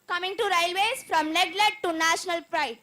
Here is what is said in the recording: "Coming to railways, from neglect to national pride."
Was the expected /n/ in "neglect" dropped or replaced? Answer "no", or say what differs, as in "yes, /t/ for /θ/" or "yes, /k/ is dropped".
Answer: yes, /l/ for /n/